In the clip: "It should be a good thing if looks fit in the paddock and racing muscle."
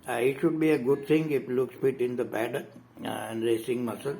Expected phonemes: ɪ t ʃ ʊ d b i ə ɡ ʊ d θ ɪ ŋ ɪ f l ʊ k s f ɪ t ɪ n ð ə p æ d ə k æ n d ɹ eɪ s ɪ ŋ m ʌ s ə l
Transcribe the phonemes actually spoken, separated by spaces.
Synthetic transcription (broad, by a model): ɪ t ʃ ʊ d b i ə ɡ ʊ d t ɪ ŋ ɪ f l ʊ k s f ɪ t ɪ n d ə b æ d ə æ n d ɹ eɪ s ɪ ŋ m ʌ s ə l